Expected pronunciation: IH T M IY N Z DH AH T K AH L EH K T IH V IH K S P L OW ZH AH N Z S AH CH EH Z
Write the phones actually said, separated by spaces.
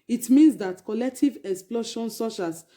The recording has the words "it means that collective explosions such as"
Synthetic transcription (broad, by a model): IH T M IY N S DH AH T K AH L EH K T IH V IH K S P L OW SH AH N S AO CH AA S